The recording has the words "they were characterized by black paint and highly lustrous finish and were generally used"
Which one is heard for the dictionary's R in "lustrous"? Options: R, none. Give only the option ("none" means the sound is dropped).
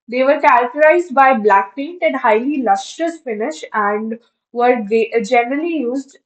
none